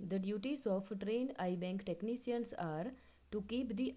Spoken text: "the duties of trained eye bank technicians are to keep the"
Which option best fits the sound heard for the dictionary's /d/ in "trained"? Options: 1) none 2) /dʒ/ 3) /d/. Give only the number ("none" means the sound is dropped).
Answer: 3